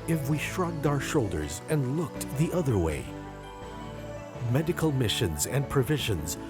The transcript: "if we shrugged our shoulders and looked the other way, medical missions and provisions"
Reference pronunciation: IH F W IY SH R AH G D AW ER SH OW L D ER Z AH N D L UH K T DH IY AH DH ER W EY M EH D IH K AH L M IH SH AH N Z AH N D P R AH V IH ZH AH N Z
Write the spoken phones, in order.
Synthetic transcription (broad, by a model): IH F W IY SH R AH G D AW ER SH OW L D ER Z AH N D L UH K T DH IY AH DH ER W EY M EH D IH K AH L M IH SH AH N Z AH N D P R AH V IH ZH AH N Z